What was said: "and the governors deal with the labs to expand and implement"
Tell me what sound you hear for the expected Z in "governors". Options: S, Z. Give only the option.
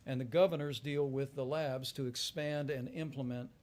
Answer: Z